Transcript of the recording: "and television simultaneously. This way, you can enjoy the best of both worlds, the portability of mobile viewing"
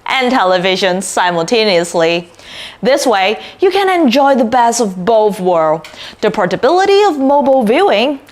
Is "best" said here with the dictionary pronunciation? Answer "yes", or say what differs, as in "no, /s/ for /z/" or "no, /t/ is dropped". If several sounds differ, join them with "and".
no, /t/ is dropped